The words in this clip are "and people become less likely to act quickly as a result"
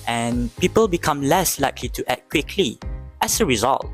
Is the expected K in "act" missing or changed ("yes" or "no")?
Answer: yes